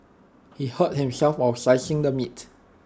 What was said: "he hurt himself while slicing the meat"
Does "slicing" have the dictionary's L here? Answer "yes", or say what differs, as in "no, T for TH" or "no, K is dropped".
no, L is dropped